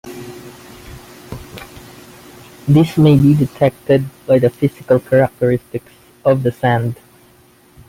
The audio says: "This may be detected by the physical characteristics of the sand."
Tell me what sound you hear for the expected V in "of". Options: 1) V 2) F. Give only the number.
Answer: 1